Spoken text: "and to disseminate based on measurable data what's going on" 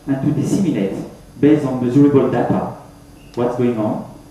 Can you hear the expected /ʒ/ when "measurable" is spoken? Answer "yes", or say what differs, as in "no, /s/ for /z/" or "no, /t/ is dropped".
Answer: no, /z/ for /ʒ/